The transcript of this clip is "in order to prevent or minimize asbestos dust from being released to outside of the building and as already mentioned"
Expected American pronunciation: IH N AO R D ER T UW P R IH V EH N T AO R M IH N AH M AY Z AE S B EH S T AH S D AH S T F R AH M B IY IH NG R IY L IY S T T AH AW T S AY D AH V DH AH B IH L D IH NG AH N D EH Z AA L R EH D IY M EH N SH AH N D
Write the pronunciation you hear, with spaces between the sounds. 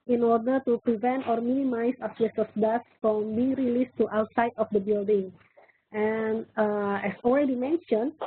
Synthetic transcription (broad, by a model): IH N AO R D ER T UW P R IH V EH N T AO R M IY N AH M AY S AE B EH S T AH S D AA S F R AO M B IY R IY L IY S T T AW T S AY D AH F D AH B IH L D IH NG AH N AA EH S AA L R EH D IY M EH N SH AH N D